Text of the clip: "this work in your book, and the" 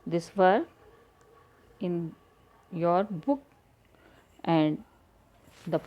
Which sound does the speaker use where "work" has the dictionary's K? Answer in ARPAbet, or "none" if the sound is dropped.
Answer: none